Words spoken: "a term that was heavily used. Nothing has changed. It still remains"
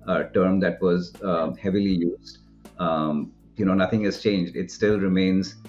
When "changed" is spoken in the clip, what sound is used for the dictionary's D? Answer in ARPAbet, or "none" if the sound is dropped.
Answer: D